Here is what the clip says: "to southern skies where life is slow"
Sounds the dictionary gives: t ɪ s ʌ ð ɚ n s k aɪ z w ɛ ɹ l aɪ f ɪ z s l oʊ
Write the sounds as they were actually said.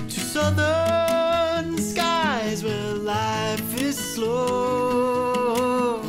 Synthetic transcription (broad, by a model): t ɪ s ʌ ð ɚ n s k aɪ z w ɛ ɹ l aɪ f ɪ z s l oʊ